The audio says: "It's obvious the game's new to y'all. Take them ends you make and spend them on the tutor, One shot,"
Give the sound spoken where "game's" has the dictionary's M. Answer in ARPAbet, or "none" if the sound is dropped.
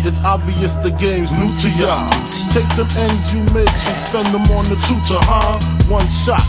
M